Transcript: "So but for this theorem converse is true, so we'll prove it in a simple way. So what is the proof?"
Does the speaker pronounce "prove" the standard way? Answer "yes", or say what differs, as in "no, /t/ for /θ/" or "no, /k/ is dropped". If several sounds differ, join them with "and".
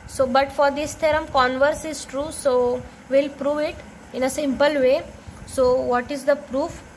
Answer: yes